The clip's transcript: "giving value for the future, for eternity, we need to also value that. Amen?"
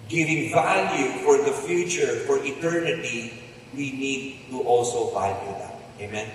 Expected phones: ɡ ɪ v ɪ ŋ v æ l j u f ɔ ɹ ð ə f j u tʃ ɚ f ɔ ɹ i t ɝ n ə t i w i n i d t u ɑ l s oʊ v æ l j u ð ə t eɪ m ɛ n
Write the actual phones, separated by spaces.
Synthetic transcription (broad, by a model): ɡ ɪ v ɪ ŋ v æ l j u f ɔ ɹ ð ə f j u tʃ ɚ f ɔ ɹ i t ɝ n ə t i w i n i d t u ɑ l s oʊ v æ l j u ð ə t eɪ m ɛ n